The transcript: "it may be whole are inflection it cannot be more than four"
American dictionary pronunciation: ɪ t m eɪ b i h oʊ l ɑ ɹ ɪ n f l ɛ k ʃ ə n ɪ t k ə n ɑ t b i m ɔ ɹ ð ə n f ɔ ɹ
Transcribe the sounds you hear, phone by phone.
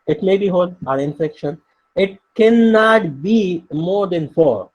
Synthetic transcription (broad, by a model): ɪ t m eɪ b i h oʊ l ɑ ɹ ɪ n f ɛ k ʃ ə n ɪ t k ə n ɑ t b i m ɔ ɹ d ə n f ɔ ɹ